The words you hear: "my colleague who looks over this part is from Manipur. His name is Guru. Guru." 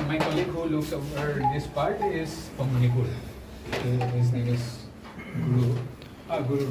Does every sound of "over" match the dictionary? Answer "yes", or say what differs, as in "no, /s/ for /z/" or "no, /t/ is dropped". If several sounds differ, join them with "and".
no, /v/ is dropped